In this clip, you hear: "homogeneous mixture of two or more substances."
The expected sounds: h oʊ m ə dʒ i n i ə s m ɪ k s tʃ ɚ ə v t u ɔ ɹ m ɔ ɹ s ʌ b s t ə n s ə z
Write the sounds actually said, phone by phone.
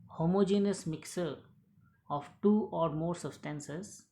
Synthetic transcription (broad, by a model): h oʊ m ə dʒ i n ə s m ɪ k s ɚ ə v t u ɔ ɹ m ɔ ɹ s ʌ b s t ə n s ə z